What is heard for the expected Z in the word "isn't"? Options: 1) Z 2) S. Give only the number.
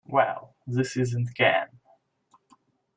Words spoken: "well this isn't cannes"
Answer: 1